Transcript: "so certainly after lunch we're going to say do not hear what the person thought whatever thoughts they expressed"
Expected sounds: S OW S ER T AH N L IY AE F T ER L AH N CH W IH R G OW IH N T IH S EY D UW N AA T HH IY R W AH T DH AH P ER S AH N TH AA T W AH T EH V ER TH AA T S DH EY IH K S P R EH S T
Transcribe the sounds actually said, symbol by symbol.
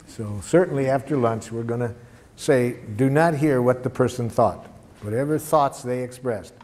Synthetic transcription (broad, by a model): S OW S ER T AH N L IY AE F T ER L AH N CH W IH R G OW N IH S EY D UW N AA T HH IY R W AH T DH AH P ER S AH N TH AA T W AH T EH V ER TH AA T S DH EY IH K S P R EH S T